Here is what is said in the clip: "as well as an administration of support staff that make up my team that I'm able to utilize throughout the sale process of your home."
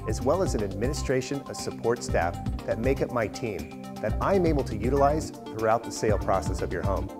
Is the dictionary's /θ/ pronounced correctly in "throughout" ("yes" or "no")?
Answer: yes